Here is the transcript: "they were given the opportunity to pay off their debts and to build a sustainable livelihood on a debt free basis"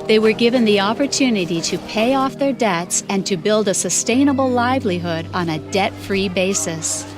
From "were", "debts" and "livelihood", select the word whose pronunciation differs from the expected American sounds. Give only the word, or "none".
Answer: none